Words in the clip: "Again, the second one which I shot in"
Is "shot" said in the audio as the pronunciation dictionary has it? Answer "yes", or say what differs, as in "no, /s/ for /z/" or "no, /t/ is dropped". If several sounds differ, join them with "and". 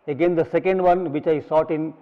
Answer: no, /s/ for /ʃ/